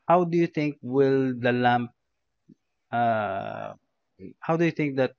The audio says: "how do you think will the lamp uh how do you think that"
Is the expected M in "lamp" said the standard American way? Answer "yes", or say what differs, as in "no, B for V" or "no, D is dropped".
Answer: yes